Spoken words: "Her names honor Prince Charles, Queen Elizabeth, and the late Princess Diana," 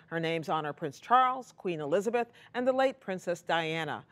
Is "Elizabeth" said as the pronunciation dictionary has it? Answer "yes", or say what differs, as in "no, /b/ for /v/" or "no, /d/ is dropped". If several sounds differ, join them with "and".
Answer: yes